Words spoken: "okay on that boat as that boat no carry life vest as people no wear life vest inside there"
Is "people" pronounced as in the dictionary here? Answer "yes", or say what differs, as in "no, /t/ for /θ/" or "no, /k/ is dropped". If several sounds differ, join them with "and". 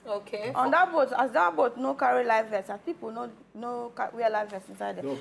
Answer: no, /n/ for /l/